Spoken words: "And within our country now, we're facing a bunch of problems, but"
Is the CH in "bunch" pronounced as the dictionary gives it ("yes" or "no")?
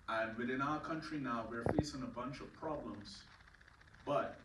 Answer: yes